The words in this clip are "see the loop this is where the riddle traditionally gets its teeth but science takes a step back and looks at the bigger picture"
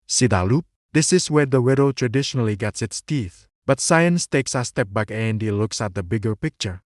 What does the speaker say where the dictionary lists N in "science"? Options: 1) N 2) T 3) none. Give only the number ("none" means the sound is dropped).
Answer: 1